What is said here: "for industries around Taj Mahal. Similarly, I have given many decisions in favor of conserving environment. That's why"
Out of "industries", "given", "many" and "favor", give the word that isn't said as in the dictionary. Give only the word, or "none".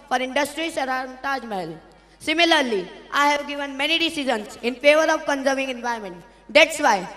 industries